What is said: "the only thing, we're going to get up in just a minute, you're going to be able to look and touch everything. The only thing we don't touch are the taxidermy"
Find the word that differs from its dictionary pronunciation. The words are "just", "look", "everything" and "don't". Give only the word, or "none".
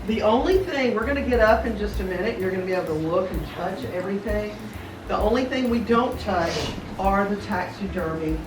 none